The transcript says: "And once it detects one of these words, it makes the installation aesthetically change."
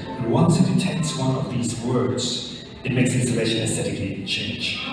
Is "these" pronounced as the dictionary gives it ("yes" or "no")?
yes